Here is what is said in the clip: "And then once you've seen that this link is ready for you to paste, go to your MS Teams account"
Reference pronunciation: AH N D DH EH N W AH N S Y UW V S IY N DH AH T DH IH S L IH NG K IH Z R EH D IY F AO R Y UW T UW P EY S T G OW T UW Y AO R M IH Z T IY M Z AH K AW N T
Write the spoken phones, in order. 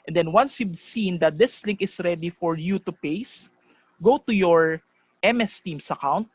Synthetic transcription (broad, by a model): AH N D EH N W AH N S Y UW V S IY N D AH T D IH S L IH NG K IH S R EH D IY F AO R Y UW T UW P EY S G OW T UW Y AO R M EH S T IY M S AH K AW N T